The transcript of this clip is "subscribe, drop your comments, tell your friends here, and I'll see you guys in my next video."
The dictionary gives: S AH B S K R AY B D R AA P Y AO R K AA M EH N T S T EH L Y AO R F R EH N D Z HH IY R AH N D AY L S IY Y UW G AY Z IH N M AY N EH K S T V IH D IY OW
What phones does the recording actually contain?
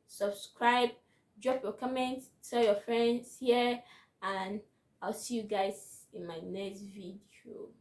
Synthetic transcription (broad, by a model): S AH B S K R AY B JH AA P Y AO K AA M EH N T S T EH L Y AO F R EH N D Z HH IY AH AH N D AY L S IY Y UW G AY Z IH N M AY N EH K S T V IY D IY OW